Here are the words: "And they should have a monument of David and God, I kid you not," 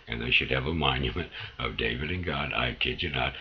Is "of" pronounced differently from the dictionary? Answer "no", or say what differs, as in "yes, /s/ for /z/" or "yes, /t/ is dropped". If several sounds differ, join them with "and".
no